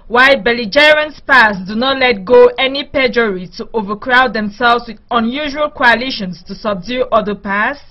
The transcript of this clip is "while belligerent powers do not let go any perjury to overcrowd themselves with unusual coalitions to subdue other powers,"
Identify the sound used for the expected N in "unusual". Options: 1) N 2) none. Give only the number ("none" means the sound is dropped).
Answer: 1